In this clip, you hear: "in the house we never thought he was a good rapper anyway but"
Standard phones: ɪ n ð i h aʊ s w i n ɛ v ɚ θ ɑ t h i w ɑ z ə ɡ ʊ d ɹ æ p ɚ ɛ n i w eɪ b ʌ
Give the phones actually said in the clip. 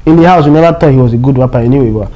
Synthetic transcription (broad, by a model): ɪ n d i h aʊ s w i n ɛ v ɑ t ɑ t h i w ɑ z ə ɡ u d w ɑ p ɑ ɛ n i w eɪ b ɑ